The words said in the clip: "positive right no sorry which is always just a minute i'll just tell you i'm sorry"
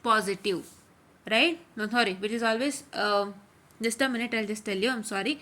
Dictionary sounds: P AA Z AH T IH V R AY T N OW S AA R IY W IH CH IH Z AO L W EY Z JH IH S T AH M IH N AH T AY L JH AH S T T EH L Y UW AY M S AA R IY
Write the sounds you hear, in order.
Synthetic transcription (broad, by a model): P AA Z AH T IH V R AY T N OW S AA R IY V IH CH IH Z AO L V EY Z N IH S T AH M IH N AH T AY L JH AH S T T EH L Y UW AY M S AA R IY